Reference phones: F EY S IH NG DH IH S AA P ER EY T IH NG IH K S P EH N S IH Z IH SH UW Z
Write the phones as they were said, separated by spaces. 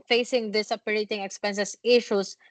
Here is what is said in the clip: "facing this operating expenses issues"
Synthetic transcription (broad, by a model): F EY S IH NG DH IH S AA P ER EY T IH NG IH K S P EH N S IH S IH SH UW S